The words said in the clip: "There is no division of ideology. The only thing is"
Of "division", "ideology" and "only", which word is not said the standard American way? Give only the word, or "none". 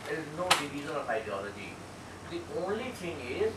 division